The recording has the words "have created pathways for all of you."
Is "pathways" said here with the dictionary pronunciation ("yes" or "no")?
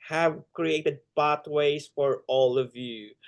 no